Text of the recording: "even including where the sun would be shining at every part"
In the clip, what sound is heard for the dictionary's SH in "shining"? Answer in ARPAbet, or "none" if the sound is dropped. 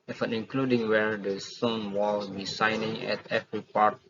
S